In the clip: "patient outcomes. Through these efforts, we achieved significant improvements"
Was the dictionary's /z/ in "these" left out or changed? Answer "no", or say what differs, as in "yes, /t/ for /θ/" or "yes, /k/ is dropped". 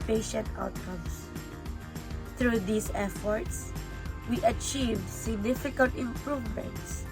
yes, /s/ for /z/